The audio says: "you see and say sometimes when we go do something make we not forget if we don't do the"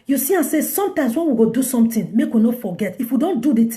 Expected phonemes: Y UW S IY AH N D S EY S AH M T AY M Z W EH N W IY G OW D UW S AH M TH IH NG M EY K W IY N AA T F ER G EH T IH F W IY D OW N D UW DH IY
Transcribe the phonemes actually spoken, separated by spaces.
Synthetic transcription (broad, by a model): Y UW S IY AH S EY S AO M T AY M S W EH N W IY G OW D UW S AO M T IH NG M EY K W IY N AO F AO G EH T IH F W IY D OW N D UW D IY